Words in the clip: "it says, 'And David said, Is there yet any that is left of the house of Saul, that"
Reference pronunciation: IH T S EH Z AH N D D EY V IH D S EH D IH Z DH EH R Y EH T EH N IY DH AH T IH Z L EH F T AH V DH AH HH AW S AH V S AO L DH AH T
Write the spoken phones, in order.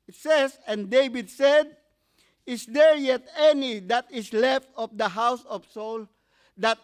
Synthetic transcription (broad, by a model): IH T S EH S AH N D D EY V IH D S EH D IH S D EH R Y EH T EH N IY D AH T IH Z L EH F T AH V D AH HH AW S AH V S AO L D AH T